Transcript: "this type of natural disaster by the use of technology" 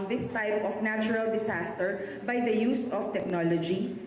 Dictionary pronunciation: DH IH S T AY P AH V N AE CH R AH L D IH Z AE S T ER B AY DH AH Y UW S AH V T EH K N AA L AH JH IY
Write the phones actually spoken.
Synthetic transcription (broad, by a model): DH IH S T AY P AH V N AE CH R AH L D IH S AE S T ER B AY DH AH Y UW S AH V T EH K N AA L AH JH IY